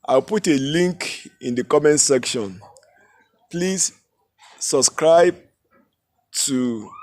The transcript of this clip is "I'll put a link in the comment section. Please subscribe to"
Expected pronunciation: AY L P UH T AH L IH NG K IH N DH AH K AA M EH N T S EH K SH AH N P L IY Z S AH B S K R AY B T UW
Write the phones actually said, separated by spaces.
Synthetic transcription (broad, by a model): AY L P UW T AH L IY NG K IH N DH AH K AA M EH N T S EH K SH AH N P L IY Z S AH B S K R AY B T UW